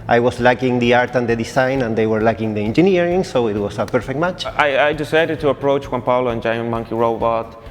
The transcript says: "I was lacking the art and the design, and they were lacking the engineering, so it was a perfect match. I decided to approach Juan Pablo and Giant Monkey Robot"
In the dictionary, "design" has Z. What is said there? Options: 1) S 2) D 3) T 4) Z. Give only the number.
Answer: 1